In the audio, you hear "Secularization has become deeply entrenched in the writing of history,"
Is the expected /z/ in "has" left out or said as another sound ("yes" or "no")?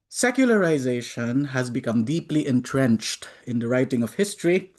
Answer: no